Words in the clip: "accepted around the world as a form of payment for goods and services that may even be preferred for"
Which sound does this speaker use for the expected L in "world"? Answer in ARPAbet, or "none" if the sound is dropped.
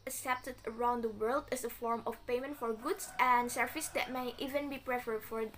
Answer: L